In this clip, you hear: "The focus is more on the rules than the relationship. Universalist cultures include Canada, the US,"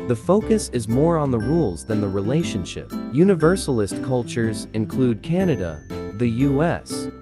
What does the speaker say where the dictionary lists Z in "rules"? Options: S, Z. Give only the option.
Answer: Z